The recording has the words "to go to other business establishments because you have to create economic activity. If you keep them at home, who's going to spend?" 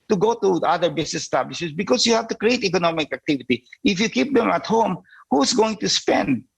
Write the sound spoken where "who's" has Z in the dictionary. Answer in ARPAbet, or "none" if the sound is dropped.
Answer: S